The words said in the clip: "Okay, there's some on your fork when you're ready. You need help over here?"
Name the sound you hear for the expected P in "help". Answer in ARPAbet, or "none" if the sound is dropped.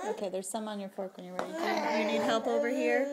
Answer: P